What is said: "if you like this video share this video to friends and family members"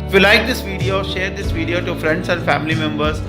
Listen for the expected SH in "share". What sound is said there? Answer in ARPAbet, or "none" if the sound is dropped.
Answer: SH